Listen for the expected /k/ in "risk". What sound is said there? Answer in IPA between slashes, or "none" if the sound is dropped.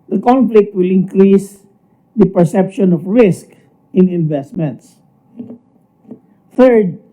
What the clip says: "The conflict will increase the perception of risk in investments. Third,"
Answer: /k/